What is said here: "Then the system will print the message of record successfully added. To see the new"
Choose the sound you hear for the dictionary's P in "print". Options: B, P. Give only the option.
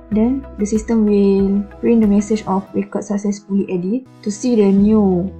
B